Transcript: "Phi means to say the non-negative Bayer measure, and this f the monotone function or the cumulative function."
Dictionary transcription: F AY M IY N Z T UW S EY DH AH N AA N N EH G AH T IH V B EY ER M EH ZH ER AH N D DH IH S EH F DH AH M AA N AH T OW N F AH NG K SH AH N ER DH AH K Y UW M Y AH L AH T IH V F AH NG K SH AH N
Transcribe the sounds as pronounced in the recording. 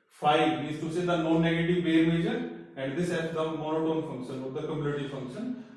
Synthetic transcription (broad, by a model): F AY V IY Z T UW S EY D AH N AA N N EH G AH T IH V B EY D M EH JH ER AH N D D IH S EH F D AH M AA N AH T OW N F AH NG K SH AH N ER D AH K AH M Y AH N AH T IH F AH NG K SH AH N